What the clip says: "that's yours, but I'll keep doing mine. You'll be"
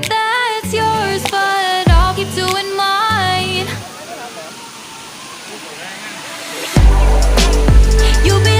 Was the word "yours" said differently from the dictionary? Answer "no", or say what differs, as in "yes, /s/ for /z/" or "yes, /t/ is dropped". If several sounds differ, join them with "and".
no